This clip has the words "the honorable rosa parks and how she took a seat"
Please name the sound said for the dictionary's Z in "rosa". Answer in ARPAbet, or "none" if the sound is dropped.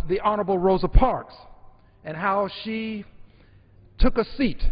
Z